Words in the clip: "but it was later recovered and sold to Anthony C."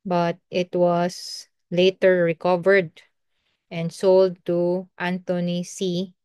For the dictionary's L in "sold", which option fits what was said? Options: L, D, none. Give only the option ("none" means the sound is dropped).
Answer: L